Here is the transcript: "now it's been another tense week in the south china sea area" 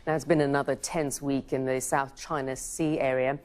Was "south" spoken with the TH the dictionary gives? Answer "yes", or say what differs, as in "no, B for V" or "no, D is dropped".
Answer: yes